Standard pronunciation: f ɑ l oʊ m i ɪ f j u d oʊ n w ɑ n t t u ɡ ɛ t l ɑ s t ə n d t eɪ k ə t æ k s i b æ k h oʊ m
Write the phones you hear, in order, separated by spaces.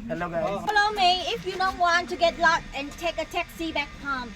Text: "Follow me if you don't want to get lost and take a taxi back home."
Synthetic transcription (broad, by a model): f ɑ l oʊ m i ɪ f j u d oʊ n w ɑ n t t u ɡ ɛ t l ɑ t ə n t eɪ k ə t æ k s i b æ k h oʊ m